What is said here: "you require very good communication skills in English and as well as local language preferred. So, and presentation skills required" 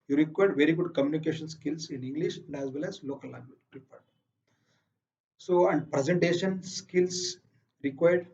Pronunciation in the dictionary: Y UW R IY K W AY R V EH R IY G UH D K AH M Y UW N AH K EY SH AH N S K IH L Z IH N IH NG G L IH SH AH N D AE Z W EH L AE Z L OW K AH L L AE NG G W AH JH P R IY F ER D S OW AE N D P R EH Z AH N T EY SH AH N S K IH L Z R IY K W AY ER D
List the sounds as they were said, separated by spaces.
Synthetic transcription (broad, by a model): Y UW R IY K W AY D V EH R IY G UH D K AH M Y UW N AH K EY SH AH N S K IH L S IH N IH NG G L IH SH AH N D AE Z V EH L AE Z L OW K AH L L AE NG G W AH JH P R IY P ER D S OW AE N D P R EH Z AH N T EY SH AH N S K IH L S R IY K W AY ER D